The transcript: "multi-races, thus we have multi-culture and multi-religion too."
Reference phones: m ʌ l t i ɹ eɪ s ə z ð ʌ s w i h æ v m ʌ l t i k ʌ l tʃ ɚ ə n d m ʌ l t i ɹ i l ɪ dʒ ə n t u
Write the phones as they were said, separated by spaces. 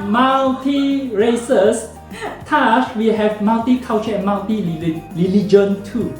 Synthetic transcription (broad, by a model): m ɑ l t i ɹ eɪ s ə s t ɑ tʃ w i h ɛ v m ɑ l t i k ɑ w tʃ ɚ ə n m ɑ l t i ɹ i l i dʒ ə n t u